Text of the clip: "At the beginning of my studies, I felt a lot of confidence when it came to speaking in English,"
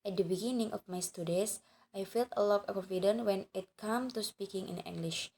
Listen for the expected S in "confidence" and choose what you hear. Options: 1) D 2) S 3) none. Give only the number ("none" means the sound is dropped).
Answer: 3